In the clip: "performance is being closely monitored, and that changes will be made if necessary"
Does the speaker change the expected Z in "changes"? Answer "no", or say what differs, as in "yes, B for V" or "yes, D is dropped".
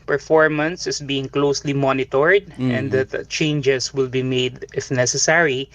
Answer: yes, S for Z